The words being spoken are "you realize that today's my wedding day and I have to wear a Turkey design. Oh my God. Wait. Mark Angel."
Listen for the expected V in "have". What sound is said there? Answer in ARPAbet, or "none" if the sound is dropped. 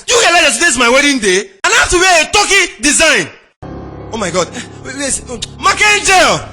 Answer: F